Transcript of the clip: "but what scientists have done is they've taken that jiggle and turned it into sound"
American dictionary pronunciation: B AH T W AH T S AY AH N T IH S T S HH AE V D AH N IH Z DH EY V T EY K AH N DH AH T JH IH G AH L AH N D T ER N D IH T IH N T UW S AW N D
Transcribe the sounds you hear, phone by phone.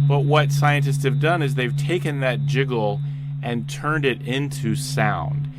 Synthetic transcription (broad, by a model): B AH T W AH T S AY AH N T IH S T S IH V D AH N IH Z DH EY V T EY K AH N DH AH T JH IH G L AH N T ER N D IH T IH N T UW S AW N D